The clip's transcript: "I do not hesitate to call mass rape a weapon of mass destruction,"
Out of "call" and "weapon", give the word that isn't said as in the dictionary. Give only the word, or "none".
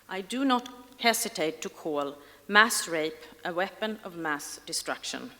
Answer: none